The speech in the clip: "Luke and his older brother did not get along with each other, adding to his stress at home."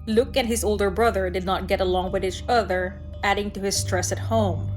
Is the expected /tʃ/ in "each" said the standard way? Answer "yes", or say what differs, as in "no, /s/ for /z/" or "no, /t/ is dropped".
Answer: yes